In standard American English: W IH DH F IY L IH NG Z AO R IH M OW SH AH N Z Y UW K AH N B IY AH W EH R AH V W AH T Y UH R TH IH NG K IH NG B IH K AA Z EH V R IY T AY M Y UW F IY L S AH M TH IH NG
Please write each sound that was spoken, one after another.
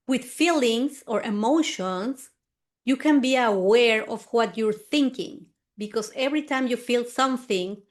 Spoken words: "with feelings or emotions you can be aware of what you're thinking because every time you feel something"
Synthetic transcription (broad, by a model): W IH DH F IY L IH NG S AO R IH M OW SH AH N S Y UW K AH N B IY AH W EH R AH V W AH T Y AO R TH IH NG K IH NG B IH K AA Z EH V R IY T AY M Y UW F IY L S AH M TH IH NG